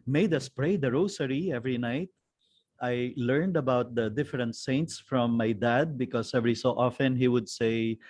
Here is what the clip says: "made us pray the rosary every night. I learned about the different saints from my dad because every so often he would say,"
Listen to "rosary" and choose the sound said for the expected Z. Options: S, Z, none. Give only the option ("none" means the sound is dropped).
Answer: S